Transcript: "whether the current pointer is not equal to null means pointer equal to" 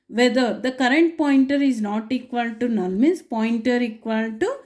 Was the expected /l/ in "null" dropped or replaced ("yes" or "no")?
yes